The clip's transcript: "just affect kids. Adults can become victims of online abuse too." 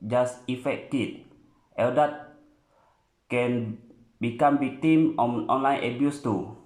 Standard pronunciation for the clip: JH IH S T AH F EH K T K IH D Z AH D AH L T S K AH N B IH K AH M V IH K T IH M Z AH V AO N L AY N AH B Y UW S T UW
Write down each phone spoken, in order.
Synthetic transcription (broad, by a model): JH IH S AH F EH K T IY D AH D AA T K AH N B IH K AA M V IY K T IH M AH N AO N L AY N AH B Y UW S T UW